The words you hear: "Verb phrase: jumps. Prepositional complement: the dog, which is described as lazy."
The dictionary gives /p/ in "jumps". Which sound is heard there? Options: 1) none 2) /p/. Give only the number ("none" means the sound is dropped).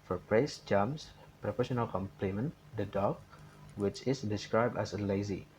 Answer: 1